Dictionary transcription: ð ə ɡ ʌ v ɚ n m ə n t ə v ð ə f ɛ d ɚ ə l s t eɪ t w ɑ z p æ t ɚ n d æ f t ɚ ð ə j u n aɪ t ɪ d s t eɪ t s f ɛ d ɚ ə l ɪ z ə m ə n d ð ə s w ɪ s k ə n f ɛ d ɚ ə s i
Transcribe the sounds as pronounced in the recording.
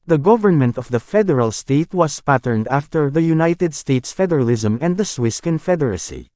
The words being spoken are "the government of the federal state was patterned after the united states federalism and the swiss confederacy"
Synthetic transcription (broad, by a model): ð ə ɡ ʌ v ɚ n m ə n t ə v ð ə f ɛ d ɚ ə l s t eɪ t w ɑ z p æ t ɚ n d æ f t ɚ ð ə j u n aɪ t ɪ d s t eɪ t s f ɛ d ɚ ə l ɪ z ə m ə n d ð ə s w ɪ s k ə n f ɛ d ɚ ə s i